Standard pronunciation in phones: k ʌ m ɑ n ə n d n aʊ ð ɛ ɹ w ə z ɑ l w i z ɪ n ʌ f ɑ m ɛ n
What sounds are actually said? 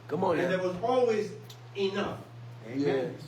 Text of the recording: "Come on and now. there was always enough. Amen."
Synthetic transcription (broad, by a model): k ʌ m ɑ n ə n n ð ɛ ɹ w ə z ɑ l w i z ɪ n ʌ f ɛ